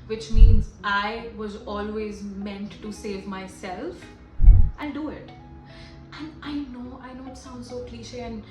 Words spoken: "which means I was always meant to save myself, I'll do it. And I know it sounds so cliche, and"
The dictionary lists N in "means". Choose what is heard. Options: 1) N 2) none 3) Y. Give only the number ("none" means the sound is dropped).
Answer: 1